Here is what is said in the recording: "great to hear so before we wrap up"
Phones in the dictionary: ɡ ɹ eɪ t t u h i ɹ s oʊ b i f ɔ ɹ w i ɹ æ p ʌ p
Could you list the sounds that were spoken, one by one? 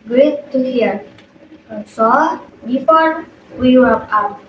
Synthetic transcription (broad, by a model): ɡ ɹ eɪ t t u h i ɹ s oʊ b i f ɔ ɹ w i w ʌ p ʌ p